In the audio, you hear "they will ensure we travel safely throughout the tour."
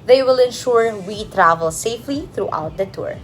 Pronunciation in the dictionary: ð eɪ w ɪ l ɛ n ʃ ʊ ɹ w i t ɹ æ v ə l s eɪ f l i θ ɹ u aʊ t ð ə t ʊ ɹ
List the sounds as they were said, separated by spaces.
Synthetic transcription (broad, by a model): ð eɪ w ɪ l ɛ n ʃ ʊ ɹ w i t ɹ æ v ə l s eɪ f l i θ ɹ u aʊ t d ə t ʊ ɹ